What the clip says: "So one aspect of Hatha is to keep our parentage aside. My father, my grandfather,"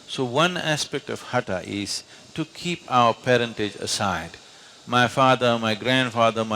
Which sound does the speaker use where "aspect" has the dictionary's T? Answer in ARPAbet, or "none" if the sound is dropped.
T